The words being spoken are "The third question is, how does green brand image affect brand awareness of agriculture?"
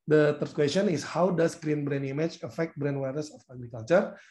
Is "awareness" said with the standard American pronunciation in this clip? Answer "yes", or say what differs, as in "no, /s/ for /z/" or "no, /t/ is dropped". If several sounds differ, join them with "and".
no, /n/ is dropped